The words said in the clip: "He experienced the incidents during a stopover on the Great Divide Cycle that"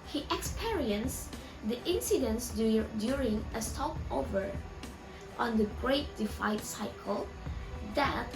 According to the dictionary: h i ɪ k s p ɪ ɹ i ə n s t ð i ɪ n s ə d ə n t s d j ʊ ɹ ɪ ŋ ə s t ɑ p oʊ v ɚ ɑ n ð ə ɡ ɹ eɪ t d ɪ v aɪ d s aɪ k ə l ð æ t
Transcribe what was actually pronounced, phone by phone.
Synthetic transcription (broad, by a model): h i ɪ k s p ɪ ɹ i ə n s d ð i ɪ n s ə d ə n s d j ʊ ɹ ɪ ŋ ə s t ɑ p oʊ v ɚ ɑ n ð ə ɡ ɹ eɪ t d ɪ f aɪ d s aɪ k ə l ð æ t